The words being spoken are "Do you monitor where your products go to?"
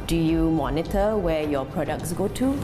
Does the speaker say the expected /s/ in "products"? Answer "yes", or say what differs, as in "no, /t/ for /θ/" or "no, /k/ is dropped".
yes